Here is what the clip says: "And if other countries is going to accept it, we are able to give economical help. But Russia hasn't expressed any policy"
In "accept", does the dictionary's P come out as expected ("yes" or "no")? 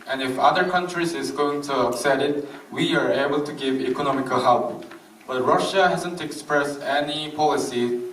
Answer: no